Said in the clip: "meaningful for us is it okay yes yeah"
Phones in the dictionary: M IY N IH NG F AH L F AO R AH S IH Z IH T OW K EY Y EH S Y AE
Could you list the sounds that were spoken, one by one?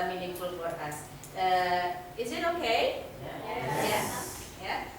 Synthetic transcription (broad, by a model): M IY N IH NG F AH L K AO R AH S IH Z IH T OW K EY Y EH Y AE